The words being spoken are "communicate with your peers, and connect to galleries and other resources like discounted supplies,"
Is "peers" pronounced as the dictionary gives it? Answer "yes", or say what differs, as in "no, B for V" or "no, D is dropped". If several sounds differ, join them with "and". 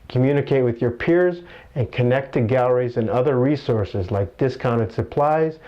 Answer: yes